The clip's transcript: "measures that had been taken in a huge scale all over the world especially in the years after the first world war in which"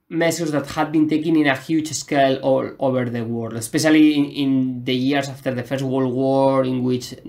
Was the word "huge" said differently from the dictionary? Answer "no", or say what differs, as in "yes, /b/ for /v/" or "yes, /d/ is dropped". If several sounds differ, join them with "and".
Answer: yes, /tʃ/ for /dʒ/